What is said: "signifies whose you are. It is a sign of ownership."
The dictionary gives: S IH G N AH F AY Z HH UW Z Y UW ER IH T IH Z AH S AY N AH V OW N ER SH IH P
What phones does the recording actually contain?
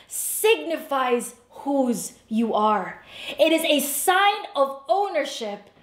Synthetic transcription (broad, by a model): S IH G N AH F AY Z HH UW Z Y UW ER IH T IH Z AH S AY N AH V OW N ER SH IH P